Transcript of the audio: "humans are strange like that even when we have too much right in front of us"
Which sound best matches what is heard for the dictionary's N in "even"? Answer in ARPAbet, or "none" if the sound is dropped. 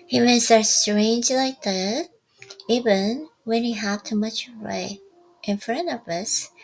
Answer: N